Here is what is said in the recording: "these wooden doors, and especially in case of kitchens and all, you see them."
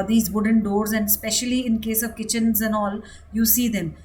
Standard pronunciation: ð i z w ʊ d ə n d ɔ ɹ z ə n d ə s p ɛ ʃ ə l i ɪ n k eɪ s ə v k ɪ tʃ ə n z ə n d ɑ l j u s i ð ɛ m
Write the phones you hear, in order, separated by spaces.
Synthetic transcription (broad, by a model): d i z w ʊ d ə n d ɔ ɹ z ə n d s p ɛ ʃ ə l i ɪ n k eɪ s ə v k ɪ tʃ ə n z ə n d ɑ l j u s i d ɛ m